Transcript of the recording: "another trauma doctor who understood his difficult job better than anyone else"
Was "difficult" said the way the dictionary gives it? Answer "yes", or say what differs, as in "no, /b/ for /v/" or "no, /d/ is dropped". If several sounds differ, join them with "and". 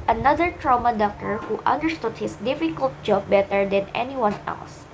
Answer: yes